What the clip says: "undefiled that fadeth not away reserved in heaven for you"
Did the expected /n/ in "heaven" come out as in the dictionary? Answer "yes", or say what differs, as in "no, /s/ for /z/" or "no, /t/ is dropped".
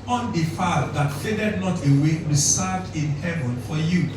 yes